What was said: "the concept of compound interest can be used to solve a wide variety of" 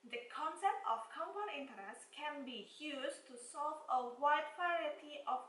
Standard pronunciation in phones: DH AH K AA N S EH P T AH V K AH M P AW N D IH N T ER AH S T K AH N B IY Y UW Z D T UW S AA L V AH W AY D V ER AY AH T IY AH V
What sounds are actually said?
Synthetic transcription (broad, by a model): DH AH K AA N S EH P T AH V K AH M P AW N IH N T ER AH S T K AH N B IY Y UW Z T UW S AA L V AH W AY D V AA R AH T IY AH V